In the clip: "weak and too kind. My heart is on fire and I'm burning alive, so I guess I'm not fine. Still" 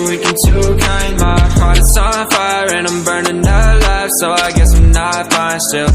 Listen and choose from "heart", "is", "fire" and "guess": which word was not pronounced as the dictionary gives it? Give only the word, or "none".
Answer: is